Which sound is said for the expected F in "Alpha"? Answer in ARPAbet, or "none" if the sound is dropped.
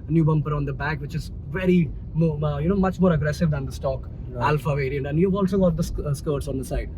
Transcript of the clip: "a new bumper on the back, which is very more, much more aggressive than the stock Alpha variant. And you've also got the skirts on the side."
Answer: F